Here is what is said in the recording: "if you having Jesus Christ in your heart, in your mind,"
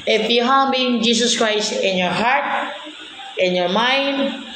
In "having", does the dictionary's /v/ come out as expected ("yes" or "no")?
no